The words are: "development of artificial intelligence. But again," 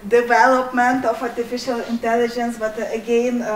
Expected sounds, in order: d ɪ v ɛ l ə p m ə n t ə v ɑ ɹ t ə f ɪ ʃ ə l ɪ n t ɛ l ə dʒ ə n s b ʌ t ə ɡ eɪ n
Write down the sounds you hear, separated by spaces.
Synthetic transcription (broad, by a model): d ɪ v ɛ l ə p m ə n t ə f ɑ ɹ t ə f ɪ ʃ ə l ɪ n t ɛ l ə dʒ ə n s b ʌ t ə ɡ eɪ n